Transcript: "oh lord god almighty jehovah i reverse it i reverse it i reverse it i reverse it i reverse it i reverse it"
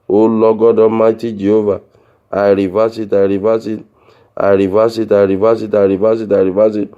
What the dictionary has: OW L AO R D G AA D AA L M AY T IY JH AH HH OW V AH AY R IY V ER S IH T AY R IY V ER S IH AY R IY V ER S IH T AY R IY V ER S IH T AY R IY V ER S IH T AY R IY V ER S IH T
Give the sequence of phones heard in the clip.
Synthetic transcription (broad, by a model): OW L AO G AA D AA M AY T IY JH AH HH OW V AH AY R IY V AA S IH T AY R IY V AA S IH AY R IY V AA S IH T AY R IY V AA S IH T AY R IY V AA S IH T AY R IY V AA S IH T